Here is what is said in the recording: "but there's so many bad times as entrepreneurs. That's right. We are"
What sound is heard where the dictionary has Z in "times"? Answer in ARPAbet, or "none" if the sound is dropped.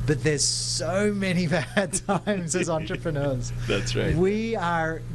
Z